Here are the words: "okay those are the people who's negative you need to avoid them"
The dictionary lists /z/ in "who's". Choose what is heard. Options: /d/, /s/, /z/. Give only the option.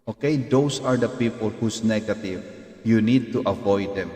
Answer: /s/